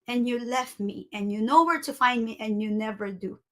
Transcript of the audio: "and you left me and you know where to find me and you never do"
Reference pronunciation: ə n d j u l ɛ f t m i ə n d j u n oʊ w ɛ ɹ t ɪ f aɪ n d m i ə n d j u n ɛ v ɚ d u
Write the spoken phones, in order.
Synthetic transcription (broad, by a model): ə n j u l ɛ f t m i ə n j u n oʊ w ɛ ɹ t ɪ f aɪ n d m i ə n j u n ɛ v ɚ d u